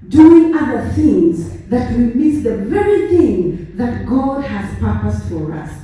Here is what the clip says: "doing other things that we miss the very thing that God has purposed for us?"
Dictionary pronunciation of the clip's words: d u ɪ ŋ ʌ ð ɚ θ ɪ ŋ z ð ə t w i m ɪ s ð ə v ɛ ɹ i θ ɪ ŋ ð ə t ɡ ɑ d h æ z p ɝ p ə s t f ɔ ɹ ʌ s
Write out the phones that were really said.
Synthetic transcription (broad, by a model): d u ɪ ŋ ʌ ð ɚ θ ɪ ŋ z ð ə t w i m ɪ s ð ə v ɛ ɹ i θ ɪ ŋ ð ə t ɡ ɑ d h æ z p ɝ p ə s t f ɔ ɹ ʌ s